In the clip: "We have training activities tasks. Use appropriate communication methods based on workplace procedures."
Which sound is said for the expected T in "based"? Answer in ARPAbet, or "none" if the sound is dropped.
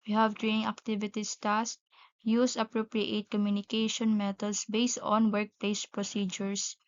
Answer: T